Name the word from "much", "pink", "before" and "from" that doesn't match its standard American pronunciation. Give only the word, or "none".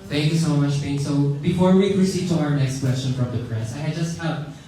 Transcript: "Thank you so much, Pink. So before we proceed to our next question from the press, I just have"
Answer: pink